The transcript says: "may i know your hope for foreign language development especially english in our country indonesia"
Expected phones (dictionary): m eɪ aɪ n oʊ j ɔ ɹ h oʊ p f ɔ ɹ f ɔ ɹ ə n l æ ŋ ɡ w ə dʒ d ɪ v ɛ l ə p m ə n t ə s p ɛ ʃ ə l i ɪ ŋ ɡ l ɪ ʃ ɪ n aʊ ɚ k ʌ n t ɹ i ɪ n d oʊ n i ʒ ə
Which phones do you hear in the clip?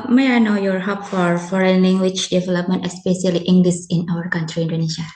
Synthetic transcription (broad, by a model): m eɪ aɪ n oʊ j ɔ ɹ h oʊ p f ɔ ɹ f ɔ ɹ ə n l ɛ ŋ ɡ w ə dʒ d ɪ v ɛ l ə p m ə n t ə s p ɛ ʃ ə l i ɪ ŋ ɡ l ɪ s ɪ n aʊ ɚ k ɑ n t ɹ i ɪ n d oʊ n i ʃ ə